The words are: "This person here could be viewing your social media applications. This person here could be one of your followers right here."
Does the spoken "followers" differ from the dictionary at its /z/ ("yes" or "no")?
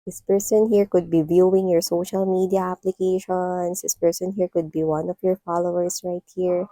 yes